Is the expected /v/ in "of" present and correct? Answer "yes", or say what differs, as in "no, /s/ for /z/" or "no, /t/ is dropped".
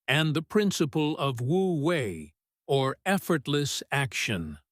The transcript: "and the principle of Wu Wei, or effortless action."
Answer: yes